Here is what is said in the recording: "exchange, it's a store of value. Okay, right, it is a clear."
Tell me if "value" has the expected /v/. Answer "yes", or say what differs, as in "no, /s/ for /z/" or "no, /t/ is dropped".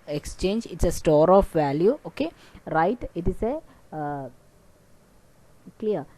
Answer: yes